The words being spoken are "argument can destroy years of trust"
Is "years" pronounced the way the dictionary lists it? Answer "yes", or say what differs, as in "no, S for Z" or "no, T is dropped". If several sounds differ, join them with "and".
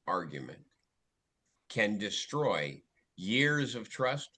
yes